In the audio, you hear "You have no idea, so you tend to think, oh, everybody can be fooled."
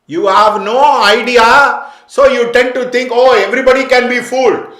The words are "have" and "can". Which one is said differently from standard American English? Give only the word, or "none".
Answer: none